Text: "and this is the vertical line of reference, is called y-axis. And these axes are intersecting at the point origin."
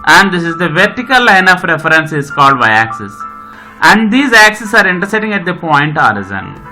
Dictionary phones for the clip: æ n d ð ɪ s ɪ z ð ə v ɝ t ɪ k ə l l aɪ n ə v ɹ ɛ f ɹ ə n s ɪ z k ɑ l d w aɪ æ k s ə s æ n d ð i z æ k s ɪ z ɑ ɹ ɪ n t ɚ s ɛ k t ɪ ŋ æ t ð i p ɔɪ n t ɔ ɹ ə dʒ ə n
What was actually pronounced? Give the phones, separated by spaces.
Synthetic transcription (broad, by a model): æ n d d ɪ s ɪ z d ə v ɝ t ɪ k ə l l aɪ n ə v ɹ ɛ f ɹ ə n s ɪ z k ɑ l d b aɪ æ k s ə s æ n d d i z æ k s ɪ s ɑ ɹ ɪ n t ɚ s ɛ t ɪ ŋ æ t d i p ɔɪ n t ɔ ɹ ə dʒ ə n